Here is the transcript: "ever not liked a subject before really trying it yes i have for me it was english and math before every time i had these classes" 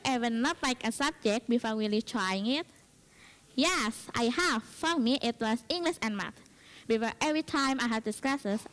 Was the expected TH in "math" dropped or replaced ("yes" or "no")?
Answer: yes